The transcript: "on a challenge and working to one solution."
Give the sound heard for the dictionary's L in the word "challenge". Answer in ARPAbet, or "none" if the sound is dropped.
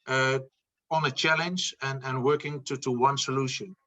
L